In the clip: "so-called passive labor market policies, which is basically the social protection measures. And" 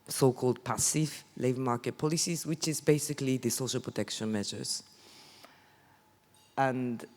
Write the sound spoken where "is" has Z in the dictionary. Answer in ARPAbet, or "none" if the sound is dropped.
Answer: Z